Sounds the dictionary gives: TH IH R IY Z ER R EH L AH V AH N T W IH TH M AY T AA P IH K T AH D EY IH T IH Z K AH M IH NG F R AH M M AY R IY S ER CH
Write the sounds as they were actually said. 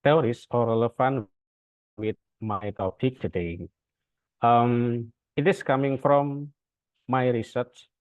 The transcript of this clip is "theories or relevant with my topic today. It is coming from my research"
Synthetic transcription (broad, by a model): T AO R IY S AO R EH L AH F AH N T W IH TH M AY T AA P IH K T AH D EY IH T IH S K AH M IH NG F R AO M M AY R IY S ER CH